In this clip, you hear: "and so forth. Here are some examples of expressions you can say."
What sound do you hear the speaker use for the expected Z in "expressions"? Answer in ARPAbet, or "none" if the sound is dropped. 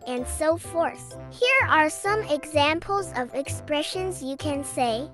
Z